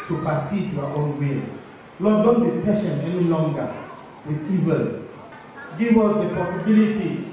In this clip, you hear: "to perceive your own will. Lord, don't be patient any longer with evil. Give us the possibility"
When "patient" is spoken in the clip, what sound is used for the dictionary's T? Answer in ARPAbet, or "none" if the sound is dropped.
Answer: none